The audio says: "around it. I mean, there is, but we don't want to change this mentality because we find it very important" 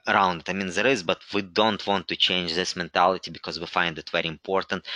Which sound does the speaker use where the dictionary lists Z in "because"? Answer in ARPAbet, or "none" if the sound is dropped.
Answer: Z